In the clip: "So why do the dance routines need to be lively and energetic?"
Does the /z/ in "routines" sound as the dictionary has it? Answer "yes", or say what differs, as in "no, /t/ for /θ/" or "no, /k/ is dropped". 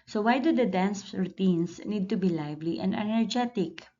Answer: no, /s/ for /z/